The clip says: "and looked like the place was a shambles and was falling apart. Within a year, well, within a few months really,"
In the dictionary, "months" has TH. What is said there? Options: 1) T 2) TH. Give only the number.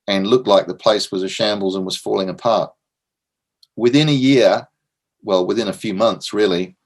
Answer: 2